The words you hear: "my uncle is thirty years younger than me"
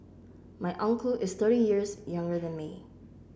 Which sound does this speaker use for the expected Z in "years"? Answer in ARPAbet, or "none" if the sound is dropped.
Z